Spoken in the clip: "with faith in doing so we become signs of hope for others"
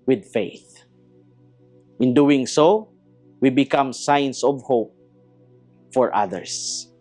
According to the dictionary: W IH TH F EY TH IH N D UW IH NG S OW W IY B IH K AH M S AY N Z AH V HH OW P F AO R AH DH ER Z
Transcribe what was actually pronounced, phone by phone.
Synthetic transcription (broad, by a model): W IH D F EY TH IH N D UW IH NG S OW W IY B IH K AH M S AY N S AH V HH OW P F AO R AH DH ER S